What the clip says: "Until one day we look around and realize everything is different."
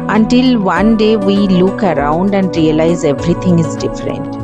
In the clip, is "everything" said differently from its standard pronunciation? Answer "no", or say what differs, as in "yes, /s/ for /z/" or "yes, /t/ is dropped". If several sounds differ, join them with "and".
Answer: yes, /t/ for /θ/